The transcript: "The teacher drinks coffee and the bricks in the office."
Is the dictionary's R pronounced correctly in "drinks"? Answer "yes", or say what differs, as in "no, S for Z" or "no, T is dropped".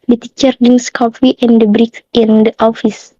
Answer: no, R is dropped